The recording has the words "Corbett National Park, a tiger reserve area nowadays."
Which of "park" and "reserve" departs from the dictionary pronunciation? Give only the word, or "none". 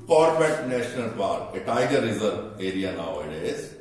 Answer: park